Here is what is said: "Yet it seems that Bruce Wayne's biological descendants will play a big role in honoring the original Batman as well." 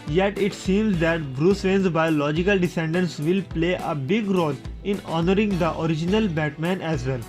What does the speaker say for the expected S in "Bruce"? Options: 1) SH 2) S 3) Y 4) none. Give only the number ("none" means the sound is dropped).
2